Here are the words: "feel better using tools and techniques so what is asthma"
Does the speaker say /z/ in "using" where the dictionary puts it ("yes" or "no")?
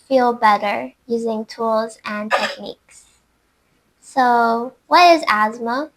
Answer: yes